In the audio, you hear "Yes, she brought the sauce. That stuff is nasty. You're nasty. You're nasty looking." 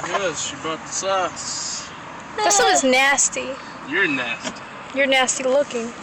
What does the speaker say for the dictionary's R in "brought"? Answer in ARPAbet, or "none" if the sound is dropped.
none